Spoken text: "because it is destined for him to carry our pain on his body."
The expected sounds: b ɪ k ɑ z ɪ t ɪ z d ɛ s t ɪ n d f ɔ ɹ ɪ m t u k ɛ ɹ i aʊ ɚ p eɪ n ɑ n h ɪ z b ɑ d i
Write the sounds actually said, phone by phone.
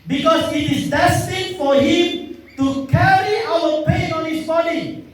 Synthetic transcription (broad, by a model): b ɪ k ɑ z ɪ t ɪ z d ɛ s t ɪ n f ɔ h ɪ m t u k ɛ ɹ i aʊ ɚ p eɪ n ɑ n h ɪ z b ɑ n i